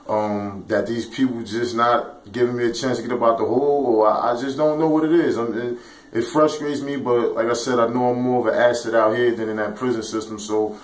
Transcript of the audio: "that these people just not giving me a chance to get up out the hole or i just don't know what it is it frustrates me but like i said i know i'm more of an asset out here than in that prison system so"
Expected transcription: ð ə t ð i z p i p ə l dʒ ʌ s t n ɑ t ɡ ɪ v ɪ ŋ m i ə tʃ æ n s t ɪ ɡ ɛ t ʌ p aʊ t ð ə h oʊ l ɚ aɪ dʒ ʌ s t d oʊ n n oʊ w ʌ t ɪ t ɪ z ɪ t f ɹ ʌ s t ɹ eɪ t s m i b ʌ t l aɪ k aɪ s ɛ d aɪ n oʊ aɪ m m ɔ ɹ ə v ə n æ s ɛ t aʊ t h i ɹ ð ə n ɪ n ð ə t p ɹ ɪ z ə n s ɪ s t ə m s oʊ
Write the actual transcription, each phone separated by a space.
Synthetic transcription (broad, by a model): ð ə t ð i z p i p l dʒ ʌ s n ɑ t ɡ ɪ v ɪ ŋ m i ə tʃ æ n s t ɪ ɡ ɛ t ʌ b aʊ t ð ə h oʊ l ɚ aɪ dʒ ʌ s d oʊ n n oʊ w ʌ t ɪ t ɪ z ɪ t f ɹ ʌ s t ɹ eɪ t s m i b ʌ t l aɪ k aɪ s ɛ d aɪ n oʊ aɪ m m ɔ ɹ ə v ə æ s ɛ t aʊ t h i ɹ ð ə n ɪ n ð ə t p ɹ ɪ z ə n s ɪ s t ə m s oʊ